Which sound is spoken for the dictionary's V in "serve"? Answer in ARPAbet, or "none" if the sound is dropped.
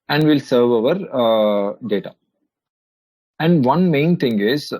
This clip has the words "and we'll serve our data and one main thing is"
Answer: V